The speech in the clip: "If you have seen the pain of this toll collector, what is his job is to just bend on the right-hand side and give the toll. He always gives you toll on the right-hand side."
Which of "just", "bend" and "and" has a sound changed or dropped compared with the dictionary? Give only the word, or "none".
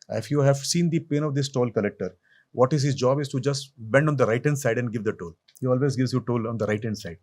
none